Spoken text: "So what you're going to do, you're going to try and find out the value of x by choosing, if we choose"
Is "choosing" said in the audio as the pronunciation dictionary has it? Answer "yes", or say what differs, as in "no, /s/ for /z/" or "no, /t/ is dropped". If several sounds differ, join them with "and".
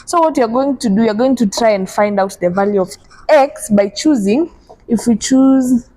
yes